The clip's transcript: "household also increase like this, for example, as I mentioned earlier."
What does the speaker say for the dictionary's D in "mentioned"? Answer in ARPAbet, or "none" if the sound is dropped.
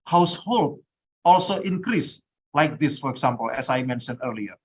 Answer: none